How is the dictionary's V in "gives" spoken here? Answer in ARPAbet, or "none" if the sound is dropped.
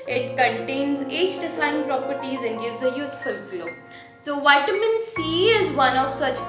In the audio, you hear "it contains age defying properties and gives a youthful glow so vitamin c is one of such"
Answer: V